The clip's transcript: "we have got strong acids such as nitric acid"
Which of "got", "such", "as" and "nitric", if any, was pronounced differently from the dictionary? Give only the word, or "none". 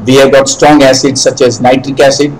none